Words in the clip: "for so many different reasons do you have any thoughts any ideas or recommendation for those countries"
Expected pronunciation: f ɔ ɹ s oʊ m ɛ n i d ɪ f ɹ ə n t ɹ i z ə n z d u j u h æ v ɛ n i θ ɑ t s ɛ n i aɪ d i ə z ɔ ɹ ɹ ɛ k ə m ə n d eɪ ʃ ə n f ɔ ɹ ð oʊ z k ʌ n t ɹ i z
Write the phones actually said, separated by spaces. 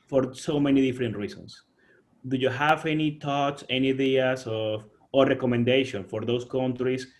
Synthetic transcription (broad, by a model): f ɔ ɹ s oʊ m ɛ n i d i f ɹ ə n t ɹ i s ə n s d u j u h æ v ɛ n i t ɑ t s ɛ n i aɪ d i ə s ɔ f ɹ ɛ k ə m ə n d eɪ ʃ ə n f ɔ ɹ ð oʊ s k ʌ n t ɹ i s